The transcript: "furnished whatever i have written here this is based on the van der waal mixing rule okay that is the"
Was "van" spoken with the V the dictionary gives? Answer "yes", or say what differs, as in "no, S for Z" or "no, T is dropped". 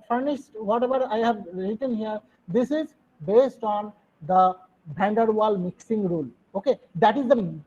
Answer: no, B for V